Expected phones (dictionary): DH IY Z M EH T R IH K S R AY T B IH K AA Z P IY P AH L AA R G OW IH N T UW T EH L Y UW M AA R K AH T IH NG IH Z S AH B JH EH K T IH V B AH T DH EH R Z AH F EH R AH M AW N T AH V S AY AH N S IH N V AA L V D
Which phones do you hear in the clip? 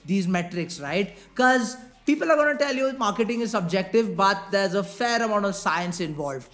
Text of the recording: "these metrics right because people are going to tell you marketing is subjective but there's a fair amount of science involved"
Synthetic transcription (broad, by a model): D IY Z M EH T R IH K S R AY T K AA Z P IY P AH L AA R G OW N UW T EH L Y UW M AA R K AH T IH NG IH Z S AH B JH EH K T IH V B AH T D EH R Z AH F EH R AH M AW N T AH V S AY AH N S IH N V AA L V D